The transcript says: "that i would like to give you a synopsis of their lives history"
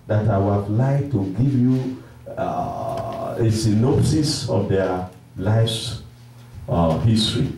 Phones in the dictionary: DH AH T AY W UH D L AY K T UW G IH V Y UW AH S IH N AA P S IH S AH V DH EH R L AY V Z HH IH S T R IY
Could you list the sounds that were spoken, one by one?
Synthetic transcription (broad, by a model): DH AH T AY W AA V L AY K T UW G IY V Y UW AH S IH N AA S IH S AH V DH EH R L AY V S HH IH S T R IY